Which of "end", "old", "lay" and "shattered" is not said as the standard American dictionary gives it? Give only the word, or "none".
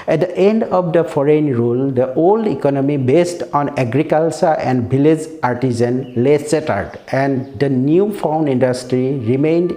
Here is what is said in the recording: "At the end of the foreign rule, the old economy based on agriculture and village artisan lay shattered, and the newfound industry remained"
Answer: shattered